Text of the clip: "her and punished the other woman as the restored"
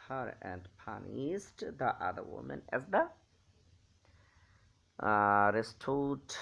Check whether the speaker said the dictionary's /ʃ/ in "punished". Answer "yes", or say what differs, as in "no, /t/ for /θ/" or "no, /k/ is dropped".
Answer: no, /s/ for /ʃ/